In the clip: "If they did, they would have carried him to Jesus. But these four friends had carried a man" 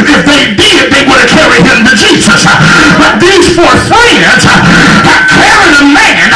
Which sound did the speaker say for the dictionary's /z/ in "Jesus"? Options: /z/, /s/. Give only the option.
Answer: /z/